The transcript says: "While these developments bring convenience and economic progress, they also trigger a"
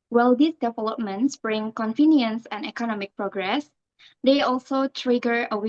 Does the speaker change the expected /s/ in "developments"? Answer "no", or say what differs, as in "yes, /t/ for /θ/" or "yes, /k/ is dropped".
no